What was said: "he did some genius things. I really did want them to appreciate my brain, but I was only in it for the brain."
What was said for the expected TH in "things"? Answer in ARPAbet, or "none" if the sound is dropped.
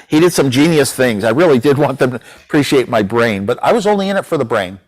TH